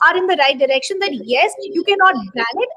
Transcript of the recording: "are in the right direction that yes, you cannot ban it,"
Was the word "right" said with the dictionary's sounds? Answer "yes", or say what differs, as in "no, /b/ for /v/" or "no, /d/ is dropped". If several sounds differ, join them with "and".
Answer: yes